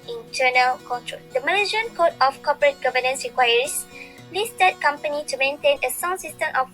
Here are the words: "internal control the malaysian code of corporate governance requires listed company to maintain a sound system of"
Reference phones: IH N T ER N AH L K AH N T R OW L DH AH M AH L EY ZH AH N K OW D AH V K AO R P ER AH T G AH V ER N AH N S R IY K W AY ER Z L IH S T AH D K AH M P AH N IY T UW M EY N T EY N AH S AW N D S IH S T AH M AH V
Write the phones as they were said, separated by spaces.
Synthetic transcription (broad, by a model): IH N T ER N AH L K AH N T R OW L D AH M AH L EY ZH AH N K OW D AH F K AO P ER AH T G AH V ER N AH N S R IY K W AY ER S L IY S T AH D K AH M P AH N IY T UW M EY N T EY N AH S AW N S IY S T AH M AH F